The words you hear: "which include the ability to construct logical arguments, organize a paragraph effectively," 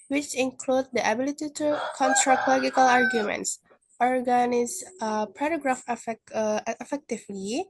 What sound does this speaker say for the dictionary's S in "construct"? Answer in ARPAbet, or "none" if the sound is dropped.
none